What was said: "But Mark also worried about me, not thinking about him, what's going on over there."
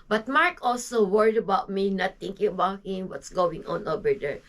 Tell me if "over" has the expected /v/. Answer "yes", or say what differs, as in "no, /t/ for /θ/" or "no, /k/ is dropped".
no, /b/ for /v/